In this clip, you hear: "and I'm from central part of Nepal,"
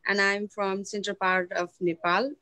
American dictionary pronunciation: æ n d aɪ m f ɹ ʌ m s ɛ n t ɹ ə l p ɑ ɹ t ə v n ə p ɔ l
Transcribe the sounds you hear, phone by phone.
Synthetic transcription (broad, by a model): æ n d aɪ m f ɹ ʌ m s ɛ n t ə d p ɑ ɹ t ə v n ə p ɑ l